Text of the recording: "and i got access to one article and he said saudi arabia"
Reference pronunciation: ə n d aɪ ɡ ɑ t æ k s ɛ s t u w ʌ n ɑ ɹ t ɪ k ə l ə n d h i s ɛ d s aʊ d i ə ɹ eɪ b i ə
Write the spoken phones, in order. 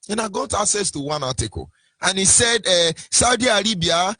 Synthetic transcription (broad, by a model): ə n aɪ ɡ ɑ t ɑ s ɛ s t u w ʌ n ɑ t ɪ k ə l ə n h i s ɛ d s aʊ d i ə ɹ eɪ b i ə